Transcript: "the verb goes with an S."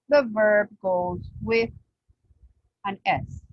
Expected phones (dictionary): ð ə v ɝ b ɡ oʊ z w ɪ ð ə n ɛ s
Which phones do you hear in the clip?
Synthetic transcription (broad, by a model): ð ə v ɝ b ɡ oʊ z w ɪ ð ə n ɛ s